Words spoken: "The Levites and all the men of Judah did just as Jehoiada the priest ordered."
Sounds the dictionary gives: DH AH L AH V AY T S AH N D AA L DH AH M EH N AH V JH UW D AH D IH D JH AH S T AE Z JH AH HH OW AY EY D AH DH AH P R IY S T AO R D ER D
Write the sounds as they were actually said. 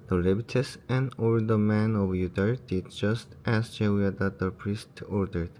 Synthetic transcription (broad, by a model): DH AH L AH B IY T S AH N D AA L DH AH M EH N AH V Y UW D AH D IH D JH AH S T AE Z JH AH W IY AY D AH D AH P R IY S T AO R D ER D